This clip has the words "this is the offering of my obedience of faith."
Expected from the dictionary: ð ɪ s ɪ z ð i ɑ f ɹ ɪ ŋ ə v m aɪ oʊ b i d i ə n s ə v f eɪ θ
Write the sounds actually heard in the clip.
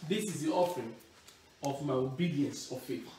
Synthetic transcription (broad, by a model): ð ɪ s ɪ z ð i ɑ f ɹ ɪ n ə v m aɪ oʊ b i d i ə n s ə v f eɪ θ